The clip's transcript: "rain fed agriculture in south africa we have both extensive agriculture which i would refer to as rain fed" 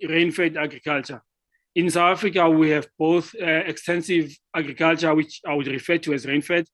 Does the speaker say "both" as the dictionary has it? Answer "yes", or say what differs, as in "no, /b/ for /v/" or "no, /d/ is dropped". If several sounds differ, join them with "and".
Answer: yes